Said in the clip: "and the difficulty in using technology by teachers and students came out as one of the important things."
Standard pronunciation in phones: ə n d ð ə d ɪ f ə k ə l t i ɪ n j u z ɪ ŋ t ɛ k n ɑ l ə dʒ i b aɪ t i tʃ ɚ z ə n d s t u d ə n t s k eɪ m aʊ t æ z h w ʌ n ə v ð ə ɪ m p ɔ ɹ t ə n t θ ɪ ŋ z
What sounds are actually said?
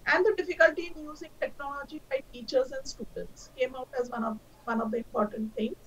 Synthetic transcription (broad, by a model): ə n d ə d ɪ f ə k ə l t i ɪ n j u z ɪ ŋ t ɛ k n ɑ l ə dʒ i b aɪ t i tʃ ɚ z ə n d s t u d ə n t s k eɪ m aʊ t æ z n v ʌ n ə v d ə ɪ m p ɔ ɹ t ə n t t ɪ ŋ